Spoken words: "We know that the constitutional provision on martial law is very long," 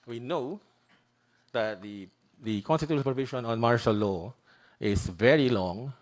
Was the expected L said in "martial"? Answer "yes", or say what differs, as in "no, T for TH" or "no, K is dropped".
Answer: yes